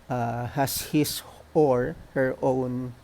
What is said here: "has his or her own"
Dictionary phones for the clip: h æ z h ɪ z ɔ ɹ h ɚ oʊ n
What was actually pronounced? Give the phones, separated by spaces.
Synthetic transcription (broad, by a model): h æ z h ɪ s ɔ ɹ h ɚ oʊ n